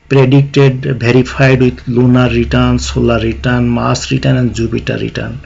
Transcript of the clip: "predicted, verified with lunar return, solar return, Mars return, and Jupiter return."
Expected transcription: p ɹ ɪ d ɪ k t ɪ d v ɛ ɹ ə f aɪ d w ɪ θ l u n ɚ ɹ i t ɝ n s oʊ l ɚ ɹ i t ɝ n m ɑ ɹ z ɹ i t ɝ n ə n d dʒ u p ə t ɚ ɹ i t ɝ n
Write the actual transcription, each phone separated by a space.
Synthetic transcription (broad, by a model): p ɹ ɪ d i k t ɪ d b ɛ ɹ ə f aɪ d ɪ l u n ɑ ɹ i t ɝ n s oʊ l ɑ ɹ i t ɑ n m ɑ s ɹ i t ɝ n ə n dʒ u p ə t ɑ ɹ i t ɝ n